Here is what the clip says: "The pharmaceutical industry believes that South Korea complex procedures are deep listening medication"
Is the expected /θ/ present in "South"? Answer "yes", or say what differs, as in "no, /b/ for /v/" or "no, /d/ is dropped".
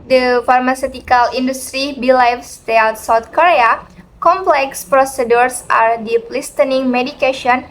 no, /t/ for /θ/